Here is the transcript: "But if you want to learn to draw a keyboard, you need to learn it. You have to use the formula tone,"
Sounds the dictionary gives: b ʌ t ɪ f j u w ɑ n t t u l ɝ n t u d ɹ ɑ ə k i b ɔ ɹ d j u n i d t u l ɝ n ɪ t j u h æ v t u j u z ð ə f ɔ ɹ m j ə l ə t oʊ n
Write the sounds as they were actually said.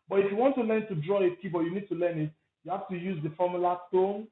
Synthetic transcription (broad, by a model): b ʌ t ɪ f j u w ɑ n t t u l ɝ n t u d ɹ ɑ ə k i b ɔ j u n i d t u l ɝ n ɪ t j u h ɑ f t u j u z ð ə f ɔ m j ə l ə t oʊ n